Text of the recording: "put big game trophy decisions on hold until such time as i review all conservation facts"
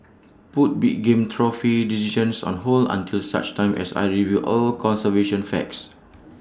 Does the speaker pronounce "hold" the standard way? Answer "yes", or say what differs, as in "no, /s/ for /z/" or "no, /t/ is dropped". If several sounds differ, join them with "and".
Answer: no, /d/ is dropped